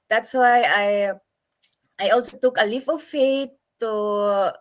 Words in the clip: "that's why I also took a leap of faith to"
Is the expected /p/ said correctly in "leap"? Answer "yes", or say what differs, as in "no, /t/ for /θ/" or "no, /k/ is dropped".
no, /f/ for /p/